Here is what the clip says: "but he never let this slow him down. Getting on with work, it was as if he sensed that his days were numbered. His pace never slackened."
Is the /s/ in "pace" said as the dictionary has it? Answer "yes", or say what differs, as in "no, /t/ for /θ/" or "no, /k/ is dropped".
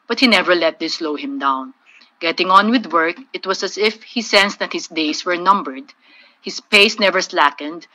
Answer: yes